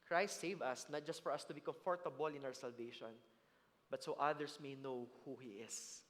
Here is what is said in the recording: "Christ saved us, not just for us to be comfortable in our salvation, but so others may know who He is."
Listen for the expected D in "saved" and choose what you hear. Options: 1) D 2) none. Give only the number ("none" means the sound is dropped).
2